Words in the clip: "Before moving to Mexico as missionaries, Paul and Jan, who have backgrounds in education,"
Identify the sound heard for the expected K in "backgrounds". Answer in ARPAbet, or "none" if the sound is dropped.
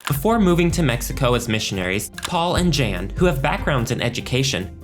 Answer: K